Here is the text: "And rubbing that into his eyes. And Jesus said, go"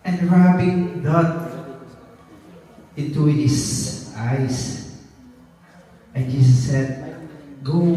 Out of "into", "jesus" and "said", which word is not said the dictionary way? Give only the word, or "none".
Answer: jesus